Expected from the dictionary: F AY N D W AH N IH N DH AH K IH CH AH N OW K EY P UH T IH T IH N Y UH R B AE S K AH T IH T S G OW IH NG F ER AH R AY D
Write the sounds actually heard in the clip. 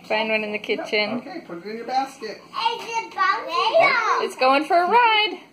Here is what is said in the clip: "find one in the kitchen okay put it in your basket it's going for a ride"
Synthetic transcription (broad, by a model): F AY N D W AH N IH N DH AH K IH CH AH N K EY P UH T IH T IH N Y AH R B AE S K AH T IH T S G OW IH NG F ER AH R AY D